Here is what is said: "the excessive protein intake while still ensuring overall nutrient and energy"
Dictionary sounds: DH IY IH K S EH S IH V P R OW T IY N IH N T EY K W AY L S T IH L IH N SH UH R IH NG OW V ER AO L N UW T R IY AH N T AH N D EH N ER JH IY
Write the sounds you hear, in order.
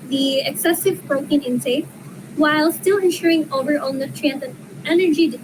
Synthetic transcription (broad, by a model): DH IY IH K S EH S IH V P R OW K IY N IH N S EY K W AY L S T IH L IH N SH UH R IH NG OW V ER AO L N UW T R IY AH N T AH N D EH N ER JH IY